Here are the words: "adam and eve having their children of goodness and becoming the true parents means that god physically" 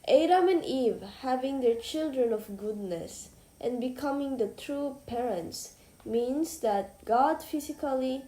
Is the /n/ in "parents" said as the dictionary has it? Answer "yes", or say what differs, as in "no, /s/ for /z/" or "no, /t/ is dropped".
yes